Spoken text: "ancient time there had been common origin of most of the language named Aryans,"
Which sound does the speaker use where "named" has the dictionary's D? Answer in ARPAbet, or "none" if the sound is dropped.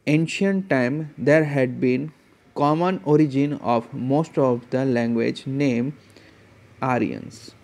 none